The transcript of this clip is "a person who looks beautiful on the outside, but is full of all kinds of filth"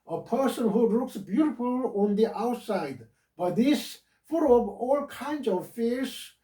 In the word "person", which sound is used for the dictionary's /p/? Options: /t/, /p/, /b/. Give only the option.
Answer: /p/